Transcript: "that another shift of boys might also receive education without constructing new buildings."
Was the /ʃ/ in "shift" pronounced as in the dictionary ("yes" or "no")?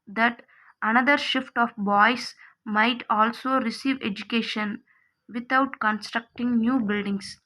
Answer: yes